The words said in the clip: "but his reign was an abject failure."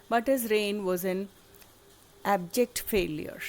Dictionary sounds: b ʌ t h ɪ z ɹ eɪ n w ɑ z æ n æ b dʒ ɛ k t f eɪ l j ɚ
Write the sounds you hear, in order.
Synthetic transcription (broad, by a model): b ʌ t h ɪ z ɹ eɪ n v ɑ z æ n æ b dʒ ɛ k t f eɪ l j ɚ